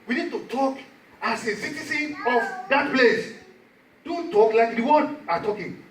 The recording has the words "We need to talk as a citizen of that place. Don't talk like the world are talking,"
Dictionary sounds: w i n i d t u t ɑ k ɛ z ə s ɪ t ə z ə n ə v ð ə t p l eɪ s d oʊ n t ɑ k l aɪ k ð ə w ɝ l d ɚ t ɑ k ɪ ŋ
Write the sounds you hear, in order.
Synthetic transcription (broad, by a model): w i n i d t u t ɑ k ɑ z ə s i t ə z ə n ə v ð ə t p l eɪ s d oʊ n t ɑ k l aɪ k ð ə w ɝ d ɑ t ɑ k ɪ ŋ